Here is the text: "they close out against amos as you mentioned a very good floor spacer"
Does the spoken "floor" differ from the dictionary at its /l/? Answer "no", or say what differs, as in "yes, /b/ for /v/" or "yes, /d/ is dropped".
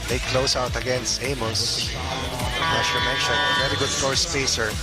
yes, /l/ is dropped